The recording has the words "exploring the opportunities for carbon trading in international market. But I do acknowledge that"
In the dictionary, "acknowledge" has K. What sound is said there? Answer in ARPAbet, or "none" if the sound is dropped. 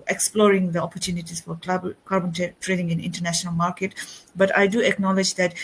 K